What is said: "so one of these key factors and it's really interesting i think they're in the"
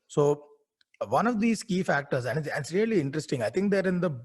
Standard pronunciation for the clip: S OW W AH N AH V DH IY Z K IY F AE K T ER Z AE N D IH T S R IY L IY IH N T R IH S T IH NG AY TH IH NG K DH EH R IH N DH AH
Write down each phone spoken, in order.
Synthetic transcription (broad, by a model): S OW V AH N AH V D IY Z K IY F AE K T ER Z AE N D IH S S R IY L IY IH N T R IH S T IH NG AY T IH NG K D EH R IH N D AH